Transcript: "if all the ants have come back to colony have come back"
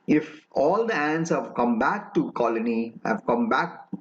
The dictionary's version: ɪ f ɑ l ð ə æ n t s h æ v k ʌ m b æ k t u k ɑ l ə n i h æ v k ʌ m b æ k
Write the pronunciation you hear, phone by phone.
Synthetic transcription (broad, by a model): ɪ f ɑ l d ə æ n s h æ v k ʌ m b æ k t u k ɑ l ə n i h æ v k ʌ m b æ k